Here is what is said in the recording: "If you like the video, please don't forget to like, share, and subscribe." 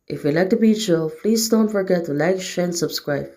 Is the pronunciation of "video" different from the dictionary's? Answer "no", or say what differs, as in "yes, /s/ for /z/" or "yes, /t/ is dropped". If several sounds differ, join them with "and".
yes, /b/ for /v/